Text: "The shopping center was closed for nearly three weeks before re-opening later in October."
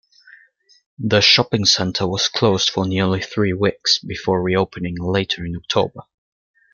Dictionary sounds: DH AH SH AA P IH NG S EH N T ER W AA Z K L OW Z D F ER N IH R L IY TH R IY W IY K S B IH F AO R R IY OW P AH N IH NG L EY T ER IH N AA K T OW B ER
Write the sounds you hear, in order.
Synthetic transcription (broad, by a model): DH AH SH AA P IH NG S EH N T ER W AA Z K L OW Z D F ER N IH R L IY TH R IY W IY K S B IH F AO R R IY OW P AH N IH NG L EY T ER IH N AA K T OW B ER